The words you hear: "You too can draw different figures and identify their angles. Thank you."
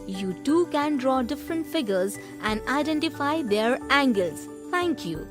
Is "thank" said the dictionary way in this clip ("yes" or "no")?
no